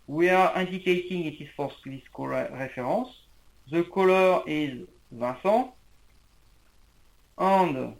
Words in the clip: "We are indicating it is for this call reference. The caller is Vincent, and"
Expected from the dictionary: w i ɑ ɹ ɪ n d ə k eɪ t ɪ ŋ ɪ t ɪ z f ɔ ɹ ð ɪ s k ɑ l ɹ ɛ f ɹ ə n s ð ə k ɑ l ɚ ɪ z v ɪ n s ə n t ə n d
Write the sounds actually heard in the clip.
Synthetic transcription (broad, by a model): w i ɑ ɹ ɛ n d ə k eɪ t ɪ ŋ ɪ t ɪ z f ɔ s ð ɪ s k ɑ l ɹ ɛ f ɹ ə s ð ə k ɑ l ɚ ɪ z v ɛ s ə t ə n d